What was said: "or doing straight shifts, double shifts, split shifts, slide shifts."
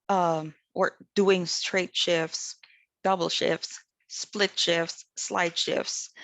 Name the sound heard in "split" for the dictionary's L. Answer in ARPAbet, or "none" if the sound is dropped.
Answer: L